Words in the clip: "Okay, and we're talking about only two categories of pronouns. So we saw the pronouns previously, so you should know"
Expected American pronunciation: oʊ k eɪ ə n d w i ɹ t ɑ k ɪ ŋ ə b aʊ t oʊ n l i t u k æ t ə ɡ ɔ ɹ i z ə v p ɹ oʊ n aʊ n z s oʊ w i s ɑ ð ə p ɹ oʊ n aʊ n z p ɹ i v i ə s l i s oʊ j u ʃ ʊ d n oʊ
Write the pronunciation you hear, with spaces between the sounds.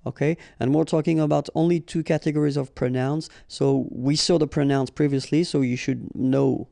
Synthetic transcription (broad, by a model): oʊ k eɪ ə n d w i ɹ t ɑ k ɪ ŋ ə b aʊ t oʊ n l i t u k æ t ə ɡ ɔ ɹ i z ə v p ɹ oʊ n aʊ n s oʊ w i s ɑ ð ə p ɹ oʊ n aʊ n s p ɹ i v i ə s l i s oʊ j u ʃ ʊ d n oʊ